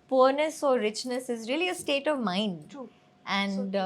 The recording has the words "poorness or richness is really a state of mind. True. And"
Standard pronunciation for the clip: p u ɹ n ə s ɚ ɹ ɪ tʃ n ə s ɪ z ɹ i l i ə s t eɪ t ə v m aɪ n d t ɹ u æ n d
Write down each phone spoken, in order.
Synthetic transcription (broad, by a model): p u ɹ n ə s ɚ ɹ ɪ tʃ n ə s ɪ z ɹ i l i ə s t eɪ t ə v m aɪ n d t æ n d